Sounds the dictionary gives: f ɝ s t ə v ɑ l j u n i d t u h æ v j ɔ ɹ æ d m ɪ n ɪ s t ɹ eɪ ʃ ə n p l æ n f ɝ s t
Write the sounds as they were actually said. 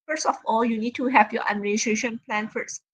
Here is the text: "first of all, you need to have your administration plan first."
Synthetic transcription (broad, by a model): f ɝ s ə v ɑ l j u n i d t u h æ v j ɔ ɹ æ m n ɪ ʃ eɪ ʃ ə n p l æ n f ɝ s